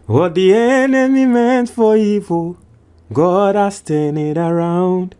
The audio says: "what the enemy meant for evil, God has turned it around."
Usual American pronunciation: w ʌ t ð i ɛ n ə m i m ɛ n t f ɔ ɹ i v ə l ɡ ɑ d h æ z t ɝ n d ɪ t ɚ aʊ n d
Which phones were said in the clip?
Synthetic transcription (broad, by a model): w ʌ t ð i ɛ n ə m i m ɛ n t f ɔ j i f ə ɡ ɑ d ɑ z t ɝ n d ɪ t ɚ aʊ n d